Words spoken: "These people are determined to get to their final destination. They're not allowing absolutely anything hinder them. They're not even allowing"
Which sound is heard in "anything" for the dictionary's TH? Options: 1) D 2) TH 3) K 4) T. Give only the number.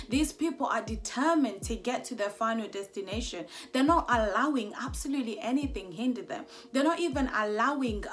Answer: 2